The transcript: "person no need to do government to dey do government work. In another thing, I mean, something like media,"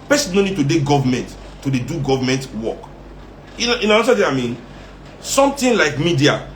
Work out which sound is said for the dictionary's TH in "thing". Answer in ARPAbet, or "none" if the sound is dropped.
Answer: T